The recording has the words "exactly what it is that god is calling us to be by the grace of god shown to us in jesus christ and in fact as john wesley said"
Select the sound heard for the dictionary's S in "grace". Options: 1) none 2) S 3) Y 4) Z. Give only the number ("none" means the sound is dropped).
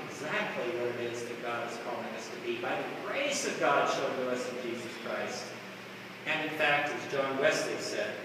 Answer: 2